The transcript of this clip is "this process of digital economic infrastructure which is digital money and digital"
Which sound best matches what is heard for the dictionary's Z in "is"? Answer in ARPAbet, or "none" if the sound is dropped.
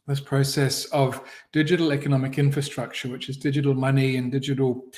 Z